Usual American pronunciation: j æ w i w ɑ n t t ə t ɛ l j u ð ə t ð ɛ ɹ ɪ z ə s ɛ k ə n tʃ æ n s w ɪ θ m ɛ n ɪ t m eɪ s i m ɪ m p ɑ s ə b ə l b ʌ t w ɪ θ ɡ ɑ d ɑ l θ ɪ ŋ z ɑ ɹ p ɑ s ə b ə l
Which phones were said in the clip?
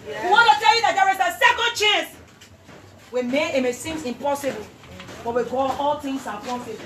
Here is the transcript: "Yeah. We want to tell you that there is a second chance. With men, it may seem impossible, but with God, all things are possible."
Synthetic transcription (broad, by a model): w i w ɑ n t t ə t ɛ l j u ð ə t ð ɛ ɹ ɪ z ə s ɛ k ə n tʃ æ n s w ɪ m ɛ ɪ t m eɪ s i m ɪ m p ɑ s ə b ə l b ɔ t w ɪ ɡ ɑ ɑ l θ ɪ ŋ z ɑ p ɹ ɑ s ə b